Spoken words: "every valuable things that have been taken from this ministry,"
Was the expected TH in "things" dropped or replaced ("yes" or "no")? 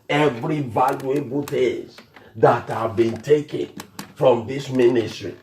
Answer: yes